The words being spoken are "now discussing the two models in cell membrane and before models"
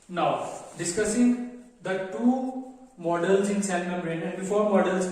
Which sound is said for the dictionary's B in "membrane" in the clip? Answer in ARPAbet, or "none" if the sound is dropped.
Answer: none